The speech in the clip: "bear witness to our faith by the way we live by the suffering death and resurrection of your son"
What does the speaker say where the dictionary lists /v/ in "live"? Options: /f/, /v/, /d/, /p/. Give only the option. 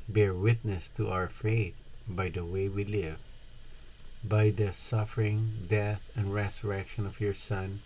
/v/